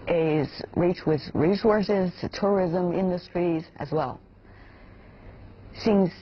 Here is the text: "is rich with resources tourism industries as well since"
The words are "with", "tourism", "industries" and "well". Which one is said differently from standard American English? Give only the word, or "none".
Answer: none